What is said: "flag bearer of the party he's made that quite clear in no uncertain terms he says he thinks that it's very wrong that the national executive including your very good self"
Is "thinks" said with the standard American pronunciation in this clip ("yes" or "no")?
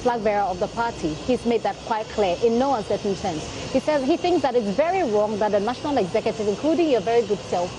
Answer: yes